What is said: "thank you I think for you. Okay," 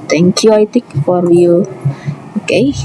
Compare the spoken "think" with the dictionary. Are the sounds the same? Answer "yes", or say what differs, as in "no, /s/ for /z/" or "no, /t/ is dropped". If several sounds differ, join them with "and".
no, /t/ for /θ/ and /ŋ/ is dropped